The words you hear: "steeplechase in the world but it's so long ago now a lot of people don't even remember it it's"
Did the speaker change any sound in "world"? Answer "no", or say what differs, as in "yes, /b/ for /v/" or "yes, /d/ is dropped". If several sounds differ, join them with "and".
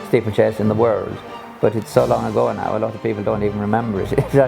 no